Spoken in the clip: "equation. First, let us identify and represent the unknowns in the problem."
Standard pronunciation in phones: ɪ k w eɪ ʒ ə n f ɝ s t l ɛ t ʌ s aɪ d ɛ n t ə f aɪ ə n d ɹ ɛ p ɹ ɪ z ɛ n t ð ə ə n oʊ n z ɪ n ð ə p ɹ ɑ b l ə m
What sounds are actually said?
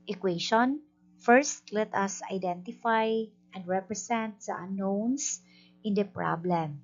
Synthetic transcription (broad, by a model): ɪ k w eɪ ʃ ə n f ɝ s t l ɛ t ʌ s aɪ d ɛ n t ə f aɪ ə n d ɹ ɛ p ɹ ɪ s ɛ n t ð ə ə n oʊ n s ɪ n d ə p ɹ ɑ b l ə m